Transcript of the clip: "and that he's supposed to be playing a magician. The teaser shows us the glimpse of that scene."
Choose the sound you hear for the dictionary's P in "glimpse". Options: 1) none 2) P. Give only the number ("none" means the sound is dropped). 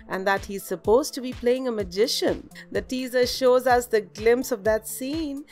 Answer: 2